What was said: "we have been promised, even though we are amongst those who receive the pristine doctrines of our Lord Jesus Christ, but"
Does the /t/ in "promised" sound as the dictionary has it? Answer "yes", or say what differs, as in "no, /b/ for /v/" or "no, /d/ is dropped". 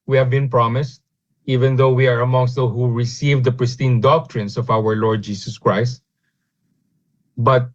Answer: yes